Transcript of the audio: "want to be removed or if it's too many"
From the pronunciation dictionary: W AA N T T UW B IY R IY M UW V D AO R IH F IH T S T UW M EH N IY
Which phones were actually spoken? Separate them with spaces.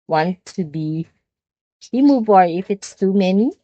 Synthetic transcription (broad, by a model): W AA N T T UW B IY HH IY M UW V AO R IH F IH T S T UW M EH N IY